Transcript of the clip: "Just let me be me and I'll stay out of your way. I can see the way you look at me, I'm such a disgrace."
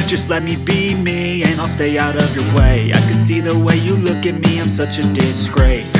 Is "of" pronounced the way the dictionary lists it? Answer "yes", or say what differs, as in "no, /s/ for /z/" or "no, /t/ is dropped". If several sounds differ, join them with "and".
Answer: yes